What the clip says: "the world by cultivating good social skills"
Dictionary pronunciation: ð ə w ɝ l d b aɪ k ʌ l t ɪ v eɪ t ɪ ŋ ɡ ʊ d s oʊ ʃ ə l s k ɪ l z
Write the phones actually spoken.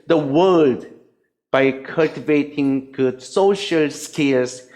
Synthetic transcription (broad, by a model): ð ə w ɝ l d b aɪ k ʌ l t ɪ v eɪ t ɪ ŋ ɡ ʊ d s oʊ ʃ ə l s k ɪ l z